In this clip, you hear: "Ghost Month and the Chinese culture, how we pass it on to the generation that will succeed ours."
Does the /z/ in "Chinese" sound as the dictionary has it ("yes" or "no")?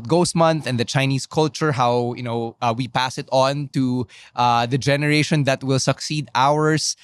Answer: no